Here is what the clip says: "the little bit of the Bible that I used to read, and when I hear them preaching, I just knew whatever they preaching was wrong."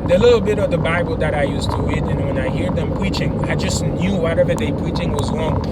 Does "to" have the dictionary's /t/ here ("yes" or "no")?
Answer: yes